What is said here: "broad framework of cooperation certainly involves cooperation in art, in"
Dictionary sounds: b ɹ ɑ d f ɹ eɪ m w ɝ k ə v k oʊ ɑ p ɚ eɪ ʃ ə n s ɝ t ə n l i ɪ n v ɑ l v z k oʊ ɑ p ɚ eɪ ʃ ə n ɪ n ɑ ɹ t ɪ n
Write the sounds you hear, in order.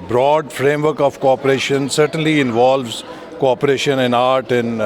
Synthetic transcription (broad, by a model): b ɹ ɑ d f ɹ eɪ m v ɝ k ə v k oʊ ɑ p ɚ eɪ ʃ ə n s ɝ t ə n l i ɪ n v ɑ l v z k oʊ ɑ p ɚ eɪ ʃ ə n ɪ n ɑ ɹ t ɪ n